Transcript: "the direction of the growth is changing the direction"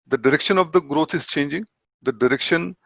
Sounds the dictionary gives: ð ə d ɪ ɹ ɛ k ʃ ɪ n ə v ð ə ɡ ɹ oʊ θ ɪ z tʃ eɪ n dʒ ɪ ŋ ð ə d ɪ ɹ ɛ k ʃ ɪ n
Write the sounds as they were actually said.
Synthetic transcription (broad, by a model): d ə d ɪ ɹ ɛ k ʃ ɪ n ə v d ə ɡ ɹ oʊ t ɪ z tʃ eɪ n dʒ ɪ ŋ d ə d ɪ ɹ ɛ k ʃ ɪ n